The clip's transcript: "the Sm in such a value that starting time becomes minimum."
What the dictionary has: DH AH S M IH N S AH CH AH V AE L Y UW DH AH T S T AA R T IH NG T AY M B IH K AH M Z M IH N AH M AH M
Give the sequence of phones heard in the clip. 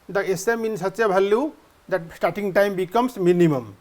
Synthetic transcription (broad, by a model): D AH S M IH N S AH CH AH B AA L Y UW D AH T S T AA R T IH NG T AY M B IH K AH M S M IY N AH M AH M